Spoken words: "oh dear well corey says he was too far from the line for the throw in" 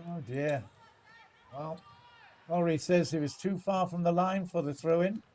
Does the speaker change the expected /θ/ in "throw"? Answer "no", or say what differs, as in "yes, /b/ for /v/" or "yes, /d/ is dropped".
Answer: no